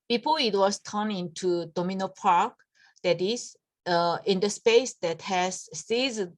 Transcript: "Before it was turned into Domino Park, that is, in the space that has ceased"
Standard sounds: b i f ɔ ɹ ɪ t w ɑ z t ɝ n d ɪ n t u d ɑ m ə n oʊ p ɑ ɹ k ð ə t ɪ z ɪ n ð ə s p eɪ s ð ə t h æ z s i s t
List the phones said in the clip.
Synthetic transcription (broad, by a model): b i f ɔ ɪ t w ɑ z t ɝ n ɪ n t u d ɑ m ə n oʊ p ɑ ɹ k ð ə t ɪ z ɪ n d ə s p eɪ s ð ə t h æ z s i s